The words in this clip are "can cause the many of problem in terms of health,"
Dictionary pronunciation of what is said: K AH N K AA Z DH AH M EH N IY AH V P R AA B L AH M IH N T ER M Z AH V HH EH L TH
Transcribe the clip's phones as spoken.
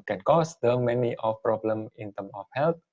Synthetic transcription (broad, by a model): K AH N K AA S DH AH M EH N IY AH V P R AA B L AH M IH N T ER M AH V HH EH L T